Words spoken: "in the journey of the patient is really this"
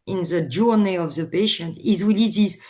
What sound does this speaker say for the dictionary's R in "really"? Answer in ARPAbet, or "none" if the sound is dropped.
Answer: W